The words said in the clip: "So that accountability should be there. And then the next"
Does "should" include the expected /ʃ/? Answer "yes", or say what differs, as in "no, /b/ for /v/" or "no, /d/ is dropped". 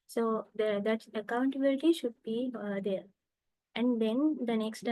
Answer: yes